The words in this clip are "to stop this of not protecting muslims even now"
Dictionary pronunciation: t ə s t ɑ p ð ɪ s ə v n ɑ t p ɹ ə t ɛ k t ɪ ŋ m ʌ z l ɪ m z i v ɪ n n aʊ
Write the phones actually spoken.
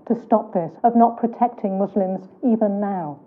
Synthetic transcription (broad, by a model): t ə s t ɑ p ð ɪ s ə v n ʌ t p ɹ ə t ɛ k t ɪ ŋ m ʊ z l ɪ m z i v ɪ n n aʊ